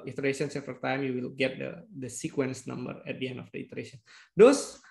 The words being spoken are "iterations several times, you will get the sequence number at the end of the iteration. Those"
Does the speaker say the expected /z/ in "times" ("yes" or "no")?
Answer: no